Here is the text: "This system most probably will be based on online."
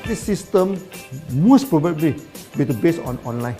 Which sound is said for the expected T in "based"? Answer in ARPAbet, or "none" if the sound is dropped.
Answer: none